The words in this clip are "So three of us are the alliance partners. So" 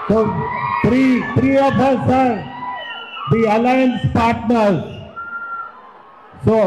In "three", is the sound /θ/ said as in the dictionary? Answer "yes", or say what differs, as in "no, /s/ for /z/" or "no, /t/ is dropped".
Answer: no, /t/ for /θ/